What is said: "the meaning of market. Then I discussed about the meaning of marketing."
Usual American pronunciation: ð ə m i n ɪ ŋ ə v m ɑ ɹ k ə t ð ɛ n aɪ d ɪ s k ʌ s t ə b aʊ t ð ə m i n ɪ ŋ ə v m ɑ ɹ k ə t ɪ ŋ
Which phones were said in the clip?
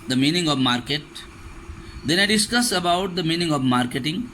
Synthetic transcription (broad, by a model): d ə m i n ɪ ŋ ə v m ɑ ɹ k ə t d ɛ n aɪ d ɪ s k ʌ s ə b aʊ t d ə m i n ɪ ŋ ə v m ɑ ɹ k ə t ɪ ŋ